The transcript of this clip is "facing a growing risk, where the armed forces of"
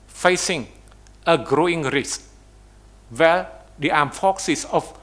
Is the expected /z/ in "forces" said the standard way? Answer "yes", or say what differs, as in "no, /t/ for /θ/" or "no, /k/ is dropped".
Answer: no, /s/ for /z/